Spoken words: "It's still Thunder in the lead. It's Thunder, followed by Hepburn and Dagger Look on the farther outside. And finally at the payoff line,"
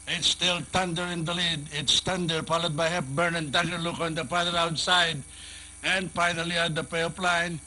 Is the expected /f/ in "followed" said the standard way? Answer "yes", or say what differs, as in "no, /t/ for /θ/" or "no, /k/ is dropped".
no, /p/ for /f/